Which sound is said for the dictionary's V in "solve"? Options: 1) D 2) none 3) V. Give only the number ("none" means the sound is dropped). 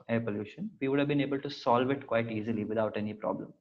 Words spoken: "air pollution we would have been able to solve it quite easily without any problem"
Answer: 3